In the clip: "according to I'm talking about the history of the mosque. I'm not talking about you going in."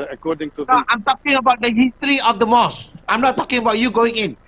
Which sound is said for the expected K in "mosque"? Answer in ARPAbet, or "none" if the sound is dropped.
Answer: none